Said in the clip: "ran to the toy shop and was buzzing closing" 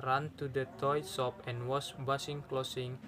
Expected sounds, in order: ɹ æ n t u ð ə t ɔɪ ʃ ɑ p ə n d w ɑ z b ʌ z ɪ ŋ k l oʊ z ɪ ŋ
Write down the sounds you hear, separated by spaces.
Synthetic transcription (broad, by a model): ɹ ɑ n t u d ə t ɔɪ s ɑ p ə n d w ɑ s b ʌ s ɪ ŋ k l oʊ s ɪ ŋ